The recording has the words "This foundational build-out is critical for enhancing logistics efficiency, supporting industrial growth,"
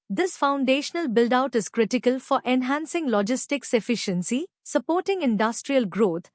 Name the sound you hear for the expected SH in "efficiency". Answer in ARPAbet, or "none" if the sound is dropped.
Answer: SH